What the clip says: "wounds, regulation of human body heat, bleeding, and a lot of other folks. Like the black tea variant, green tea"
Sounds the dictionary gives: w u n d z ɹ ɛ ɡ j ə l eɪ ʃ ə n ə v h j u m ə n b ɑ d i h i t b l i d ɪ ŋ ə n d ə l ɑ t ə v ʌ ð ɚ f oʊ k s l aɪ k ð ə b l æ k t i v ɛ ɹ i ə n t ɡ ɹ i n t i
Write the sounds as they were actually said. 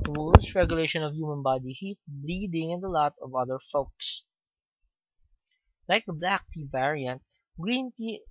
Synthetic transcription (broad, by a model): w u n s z ɹ ɛ ɡ j ə l eɪ ʃ ə n ə v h j u m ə n b ɑ d i h i t b l i d ɪ ŋ ə n d ə l ɑ t ə v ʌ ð ɚ f oʊ k s l aɪ k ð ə b l æ k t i v ɛ ɹ i ə n t ɡ ɹ i n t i